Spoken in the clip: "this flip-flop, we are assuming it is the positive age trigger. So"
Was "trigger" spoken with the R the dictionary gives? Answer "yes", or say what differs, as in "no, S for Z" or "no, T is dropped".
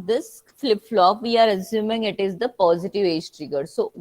yes